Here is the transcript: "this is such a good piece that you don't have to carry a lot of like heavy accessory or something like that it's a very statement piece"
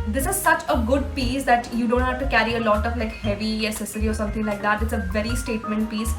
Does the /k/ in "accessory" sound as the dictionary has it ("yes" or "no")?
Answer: no